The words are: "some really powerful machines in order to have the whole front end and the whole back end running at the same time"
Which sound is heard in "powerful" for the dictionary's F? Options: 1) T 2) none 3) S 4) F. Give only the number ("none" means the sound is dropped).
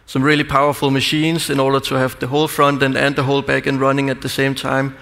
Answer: 4